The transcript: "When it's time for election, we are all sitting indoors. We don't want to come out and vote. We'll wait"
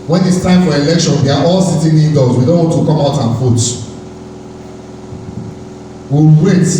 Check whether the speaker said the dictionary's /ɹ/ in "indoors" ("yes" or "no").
no